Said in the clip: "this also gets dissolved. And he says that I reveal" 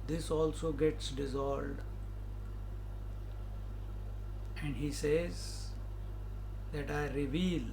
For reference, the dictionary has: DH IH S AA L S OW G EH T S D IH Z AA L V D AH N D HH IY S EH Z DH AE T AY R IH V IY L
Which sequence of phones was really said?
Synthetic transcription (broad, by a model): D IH S AA L S OW G EH T S D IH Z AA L D AH N D HH IY S EH Z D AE T AY R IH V IY L